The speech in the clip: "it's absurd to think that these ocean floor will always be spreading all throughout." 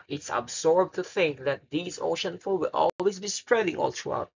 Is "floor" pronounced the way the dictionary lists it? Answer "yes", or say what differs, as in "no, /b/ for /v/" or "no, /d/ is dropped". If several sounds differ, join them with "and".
no, /l/ is dropped